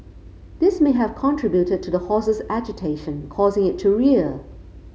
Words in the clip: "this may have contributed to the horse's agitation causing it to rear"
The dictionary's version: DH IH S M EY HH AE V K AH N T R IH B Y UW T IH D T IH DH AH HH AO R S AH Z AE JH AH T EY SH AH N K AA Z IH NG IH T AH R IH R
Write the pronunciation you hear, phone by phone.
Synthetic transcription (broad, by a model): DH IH S M EY HH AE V K AH N T R IH B Y UW T IH D T IH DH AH HH AO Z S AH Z AE JH AH T EY SH AH N K AA Z IH NG IH T AH R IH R